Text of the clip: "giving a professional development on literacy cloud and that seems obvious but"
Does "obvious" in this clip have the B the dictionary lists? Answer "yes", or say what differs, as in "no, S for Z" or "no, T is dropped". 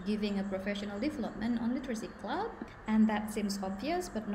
yes